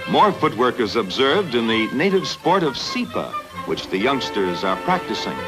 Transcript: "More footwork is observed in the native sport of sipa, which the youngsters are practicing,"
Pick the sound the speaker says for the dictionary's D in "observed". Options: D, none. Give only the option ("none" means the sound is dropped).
D